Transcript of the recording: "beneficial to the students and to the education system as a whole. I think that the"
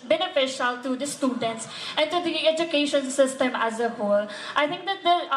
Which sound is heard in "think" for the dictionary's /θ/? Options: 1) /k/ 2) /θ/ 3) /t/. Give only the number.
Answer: 3